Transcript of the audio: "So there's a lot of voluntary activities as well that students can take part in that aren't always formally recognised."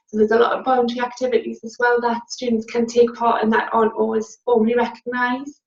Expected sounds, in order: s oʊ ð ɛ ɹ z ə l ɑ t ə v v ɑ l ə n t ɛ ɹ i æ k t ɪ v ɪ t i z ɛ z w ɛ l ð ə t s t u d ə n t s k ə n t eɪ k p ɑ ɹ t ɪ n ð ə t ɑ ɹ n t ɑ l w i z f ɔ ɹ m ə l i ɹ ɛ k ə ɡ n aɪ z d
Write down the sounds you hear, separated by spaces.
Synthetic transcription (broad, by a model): s oʊ ð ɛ z ə l ɑ t ə v b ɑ ə n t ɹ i æ k t ɪ v ɪ t i z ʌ z w ɛ l ð ə t s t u d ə n t s k ə n t eɪ k p ɑ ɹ t ɪ n ð ə t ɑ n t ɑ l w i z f ɔ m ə l i ɹ ɛ k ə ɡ n aɪ z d